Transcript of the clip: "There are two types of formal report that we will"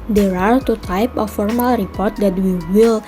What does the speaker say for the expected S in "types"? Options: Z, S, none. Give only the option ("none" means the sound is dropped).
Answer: none